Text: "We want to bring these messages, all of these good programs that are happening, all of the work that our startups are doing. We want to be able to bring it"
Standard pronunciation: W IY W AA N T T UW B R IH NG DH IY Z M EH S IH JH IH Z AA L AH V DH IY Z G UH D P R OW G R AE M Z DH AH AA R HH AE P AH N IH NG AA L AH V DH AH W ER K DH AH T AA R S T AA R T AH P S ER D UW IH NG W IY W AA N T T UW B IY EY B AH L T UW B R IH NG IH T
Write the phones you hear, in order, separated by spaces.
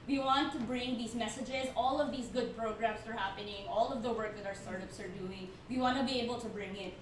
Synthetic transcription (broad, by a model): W IY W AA N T T UW B R IH NG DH IY Z M EH S IH JH IH Z AA L AH V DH IY Z G UH D P R OW G R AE M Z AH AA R HH AE P AH N IH NG AA L AH V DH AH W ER K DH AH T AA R S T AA R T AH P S ER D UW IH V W IY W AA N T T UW B IY EY B AH L T UW B R IH NG IH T